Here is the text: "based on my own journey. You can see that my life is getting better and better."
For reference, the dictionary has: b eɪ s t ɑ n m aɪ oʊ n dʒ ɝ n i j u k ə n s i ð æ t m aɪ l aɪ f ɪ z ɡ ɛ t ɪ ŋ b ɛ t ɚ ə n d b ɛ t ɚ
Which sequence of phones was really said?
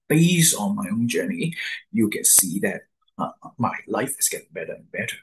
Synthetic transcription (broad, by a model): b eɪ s ɑ n m aɪ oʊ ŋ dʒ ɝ n i j u k ə n s i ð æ t m aɪ l aɪ f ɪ s ɡ ɛ t ɪ ŋ b ɛ t ɚ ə n b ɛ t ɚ